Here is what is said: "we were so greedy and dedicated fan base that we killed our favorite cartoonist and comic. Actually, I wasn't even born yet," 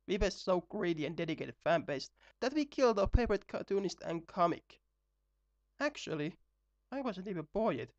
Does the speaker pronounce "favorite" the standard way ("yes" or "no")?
no